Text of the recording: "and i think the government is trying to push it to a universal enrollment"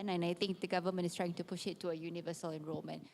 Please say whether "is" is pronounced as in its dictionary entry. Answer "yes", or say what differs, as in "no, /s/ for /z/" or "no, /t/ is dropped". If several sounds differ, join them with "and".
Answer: no, /s/ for /z/